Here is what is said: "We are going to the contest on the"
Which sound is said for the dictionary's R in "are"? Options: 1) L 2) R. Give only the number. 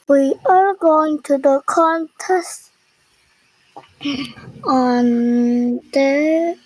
1